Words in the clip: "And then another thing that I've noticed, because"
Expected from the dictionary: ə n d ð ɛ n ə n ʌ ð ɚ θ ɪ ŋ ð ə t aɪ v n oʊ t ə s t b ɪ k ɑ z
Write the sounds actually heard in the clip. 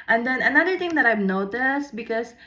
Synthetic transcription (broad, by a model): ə n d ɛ n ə n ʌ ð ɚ t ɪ ŋ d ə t aɪ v n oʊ t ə s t b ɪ k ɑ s